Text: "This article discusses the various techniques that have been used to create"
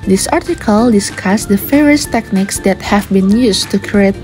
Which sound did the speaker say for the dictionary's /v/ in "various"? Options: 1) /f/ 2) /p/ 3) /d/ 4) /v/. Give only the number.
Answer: 1